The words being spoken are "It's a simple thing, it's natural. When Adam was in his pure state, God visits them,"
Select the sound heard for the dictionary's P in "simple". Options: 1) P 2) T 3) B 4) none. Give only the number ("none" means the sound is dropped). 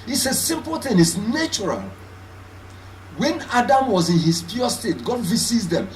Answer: 1